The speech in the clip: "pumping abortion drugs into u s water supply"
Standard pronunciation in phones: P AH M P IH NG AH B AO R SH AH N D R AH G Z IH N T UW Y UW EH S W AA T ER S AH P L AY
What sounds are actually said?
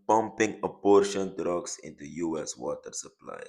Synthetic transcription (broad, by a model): P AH M P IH NG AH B AO R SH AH N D R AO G S IH N T UW Y UW EH S W AA T ER S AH P L AY